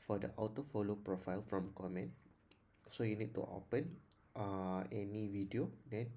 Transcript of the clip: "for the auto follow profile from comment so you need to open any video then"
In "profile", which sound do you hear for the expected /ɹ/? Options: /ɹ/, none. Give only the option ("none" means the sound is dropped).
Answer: /ɹ/